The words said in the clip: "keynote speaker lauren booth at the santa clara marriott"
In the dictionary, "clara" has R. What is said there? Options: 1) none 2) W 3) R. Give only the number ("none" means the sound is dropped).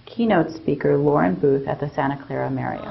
3